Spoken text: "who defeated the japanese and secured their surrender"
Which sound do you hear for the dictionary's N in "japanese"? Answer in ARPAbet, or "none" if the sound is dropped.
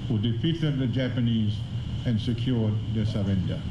N